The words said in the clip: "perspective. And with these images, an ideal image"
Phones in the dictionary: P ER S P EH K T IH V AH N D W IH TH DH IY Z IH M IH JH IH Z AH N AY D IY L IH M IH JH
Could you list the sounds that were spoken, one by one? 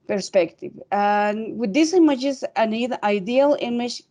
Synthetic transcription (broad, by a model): P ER S P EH K T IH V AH N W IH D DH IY S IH M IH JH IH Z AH N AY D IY L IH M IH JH